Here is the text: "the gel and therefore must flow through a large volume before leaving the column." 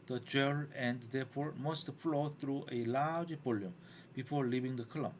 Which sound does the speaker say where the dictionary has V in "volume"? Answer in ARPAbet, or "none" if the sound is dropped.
B